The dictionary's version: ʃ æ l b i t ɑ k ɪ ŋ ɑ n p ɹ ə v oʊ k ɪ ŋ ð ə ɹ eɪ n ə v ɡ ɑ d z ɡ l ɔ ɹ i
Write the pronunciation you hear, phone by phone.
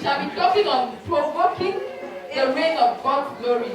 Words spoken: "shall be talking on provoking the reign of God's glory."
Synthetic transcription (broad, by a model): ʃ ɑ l b i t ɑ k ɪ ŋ ɑ n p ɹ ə w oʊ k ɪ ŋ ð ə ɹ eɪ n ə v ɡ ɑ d ɡ l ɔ ɹ i